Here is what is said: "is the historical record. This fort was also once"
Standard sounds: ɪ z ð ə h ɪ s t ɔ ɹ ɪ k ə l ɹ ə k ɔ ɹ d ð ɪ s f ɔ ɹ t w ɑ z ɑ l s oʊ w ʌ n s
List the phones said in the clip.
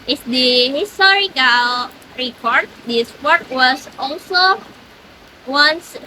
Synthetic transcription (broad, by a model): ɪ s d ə h ɪ s t ɔ ɹ ɪ k ə l ɹ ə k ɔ ɹ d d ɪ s p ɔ ɹ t w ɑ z ɑ l s oʊ w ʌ n s